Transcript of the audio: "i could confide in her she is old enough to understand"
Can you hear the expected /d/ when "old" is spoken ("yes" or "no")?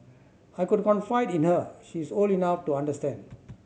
no